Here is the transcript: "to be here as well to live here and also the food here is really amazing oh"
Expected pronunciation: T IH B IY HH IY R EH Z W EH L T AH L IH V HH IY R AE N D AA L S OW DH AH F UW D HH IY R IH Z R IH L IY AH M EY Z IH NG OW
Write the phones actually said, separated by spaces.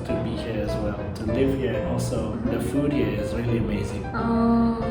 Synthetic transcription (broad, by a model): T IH B IY HH IY R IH Z W EH L T AH L IH V HH IY R AA L S OW DH AH F UW D HH IY R IH Z R IH L IY AH M EY Z IH NG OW